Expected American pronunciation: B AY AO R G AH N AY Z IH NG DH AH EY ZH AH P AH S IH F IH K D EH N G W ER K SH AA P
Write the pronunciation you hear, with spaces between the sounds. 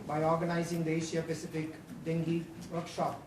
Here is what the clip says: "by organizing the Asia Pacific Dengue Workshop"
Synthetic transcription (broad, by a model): B AY AO R G AH N AY Z IH NG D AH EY SH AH P AH S IH F IH K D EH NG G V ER K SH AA P